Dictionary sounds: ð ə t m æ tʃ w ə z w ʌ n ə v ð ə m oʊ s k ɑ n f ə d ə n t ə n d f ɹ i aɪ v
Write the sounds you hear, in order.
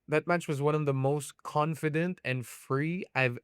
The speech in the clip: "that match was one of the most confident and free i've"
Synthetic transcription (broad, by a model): ð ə t m æ tʃ w ə z w ʌ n ə v ð ə m oʊ s k ɑ n f ə d ə n t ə n f ɹ i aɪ v